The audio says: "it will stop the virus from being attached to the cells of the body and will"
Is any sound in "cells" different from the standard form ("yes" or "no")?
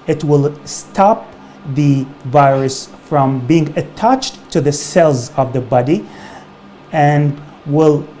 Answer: no